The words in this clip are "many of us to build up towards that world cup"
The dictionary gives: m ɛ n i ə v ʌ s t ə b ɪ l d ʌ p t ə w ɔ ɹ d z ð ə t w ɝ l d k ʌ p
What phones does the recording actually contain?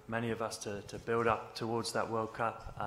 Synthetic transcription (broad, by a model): m ɛ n i ə v ʌ s t ə b ɪ l d ʌ p t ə w ɔ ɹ d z ð ə t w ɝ l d k ʌ p